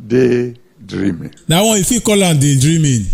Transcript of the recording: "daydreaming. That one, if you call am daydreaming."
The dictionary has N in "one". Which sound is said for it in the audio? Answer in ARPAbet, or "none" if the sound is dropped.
none